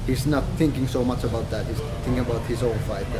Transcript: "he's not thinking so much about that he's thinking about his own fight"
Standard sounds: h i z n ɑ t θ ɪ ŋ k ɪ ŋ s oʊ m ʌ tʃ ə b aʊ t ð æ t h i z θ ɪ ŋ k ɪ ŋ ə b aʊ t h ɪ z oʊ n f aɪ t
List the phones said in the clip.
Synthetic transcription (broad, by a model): h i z n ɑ t θ ɪ ŋ k ɪ ŋ s oʊ m ʌ tʃ ə b aʊ t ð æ t h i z θ ɪ ŋ k ɪ ŋ ə b aʊ t h ɪ z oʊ l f aɪ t